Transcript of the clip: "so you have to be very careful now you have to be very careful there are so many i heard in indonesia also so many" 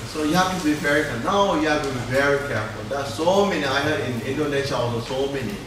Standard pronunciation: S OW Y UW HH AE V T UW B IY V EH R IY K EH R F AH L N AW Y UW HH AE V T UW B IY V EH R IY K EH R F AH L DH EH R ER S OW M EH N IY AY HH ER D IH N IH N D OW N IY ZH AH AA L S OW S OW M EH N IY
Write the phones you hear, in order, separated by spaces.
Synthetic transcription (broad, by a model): S OW Y UW HH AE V T UW B IY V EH R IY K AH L N AW Y UW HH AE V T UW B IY V EH R IY K EH R F AH L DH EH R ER S OW M EH N IY AY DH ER IH N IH N D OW N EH SH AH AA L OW S OW M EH N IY